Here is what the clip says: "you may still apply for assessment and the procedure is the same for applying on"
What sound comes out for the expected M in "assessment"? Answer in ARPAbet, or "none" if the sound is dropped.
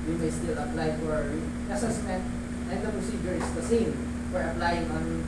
none